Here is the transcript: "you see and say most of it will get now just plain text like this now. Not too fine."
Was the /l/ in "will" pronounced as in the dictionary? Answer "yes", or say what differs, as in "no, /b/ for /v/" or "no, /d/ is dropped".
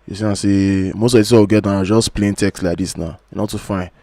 no, /w/ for /l/